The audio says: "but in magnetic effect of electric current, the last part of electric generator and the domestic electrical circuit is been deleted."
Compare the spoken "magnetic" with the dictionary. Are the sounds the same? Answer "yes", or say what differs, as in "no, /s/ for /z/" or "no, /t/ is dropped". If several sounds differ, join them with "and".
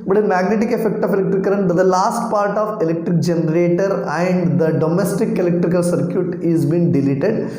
yes